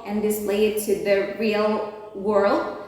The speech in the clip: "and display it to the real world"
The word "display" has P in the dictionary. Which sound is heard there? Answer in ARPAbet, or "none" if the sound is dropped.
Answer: none